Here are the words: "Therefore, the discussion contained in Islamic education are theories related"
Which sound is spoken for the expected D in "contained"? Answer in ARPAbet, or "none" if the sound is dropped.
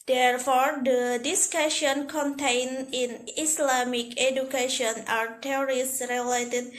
none